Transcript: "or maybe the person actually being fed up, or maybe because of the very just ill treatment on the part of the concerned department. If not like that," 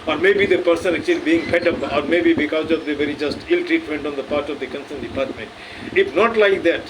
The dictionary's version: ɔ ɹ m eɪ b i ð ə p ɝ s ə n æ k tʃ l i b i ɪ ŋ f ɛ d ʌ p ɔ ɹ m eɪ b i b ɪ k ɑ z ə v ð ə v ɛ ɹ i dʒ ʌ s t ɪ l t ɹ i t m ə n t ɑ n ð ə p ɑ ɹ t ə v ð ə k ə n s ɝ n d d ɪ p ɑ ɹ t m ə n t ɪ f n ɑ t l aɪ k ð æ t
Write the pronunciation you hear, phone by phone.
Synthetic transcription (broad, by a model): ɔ ɹ m eɪ b i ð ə p ɝ s ə n æ k tʃ l i b i ɪ ŋ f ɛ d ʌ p ɔ ɹ m eɪ b i b ɪ k ɑ z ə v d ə v ɛ ɹ i dʒ ʌ s t ɪ l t ɹ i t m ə n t ɑ n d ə p ɑ ɹ t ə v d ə k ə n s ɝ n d d ɪ p ɑ ɹ t m ə n t ɪ f n ɑ t l aɪ k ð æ t